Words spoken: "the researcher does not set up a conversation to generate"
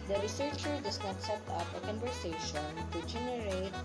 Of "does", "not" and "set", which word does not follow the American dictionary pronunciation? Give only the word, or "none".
does